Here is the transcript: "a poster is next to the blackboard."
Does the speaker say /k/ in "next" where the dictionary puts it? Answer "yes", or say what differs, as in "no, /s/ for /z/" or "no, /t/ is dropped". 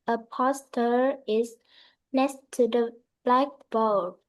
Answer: no, /k/ is dropped